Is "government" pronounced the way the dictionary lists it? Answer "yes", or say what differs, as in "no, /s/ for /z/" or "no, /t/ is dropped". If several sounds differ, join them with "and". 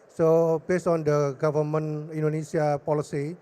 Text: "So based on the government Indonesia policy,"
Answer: no, /t/ is dropped